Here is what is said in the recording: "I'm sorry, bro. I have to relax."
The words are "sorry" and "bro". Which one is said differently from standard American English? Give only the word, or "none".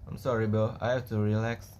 bro